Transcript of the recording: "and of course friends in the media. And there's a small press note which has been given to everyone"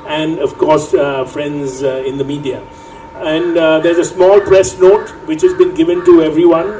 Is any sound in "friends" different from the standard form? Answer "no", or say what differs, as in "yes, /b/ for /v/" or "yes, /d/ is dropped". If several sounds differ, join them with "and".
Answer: no